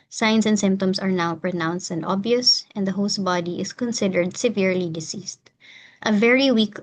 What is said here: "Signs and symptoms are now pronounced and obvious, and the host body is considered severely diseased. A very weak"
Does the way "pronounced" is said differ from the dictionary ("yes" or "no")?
no